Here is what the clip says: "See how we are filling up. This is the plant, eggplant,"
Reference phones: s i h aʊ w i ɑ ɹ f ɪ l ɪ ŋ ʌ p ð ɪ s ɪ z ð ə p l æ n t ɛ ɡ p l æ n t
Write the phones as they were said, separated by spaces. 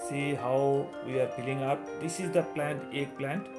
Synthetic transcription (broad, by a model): s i h aʊ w i ɑ ɹ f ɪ l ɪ ŋ ʌ p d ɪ s ɪ z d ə p l æ n t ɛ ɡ p l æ n t